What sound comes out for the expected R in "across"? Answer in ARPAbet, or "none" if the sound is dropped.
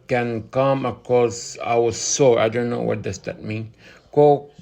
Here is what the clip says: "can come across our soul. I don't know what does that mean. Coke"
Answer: none